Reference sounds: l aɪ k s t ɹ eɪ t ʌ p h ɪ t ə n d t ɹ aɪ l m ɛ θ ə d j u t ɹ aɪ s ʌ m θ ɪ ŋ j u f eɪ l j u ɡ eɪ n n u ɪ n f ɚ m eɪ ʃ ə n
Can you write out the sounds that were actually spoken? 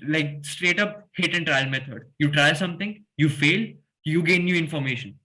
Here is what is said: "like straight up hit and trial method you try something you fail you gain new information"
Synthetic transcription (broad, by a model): l aɪ k s t ɹ eɪ t ʌ p h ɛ t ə n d t ɹ aɪ l m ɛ t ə d j u t ɹ aɪ s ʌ m t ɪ ŋ j u f eɪ l j u ɡ eɪ n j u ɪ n f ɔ m eɪ ʃ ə n